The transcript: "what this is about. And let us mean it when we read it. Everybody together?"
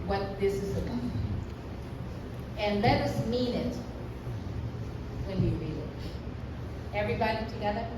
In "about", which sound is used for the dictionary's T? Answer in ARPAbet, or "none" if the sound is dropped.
none